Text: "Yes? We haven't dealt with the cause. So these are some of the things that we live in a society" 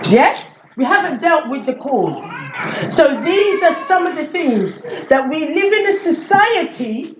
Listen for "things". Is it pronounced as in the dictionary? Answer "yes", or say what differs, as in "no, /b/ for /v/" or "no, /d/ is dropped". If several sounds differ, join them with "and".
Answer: yes